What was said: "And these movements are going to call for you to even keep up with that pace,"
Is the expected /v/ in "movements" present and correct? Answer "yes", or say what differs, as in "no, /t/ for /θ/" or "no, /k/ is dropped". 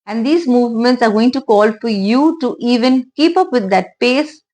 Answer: yes